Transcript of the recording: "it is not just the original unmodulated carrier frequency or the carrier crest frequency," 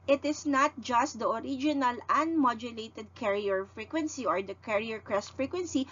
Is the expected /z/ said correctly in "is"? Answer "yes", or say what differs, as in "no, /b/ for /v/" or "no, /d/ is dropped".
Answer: no, /s/ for /z/